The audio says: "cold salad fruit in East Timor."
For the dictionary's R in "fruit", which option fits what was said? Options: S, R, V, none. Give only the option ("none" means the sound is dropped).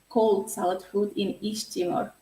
none